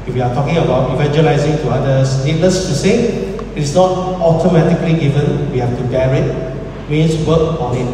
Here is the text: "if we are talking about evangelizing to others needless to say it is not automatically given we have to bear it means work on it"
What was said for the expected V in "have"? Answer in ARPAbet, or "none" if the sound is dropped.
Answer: F